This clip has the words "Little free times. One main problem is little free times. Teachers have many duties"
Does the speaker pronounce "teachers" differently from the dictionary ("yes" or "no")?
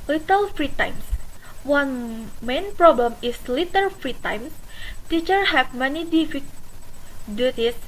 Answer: yes